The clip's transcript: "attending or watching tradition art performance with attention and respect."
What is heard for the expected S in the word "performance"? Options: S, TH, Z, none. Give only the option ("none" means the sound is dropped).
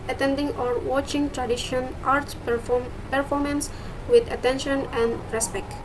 S